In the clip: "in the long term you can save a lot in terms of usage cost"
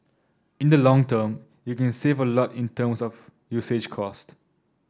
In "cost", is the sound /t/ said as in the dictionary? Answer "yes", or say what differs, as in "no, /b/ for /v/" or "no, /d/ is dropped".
yes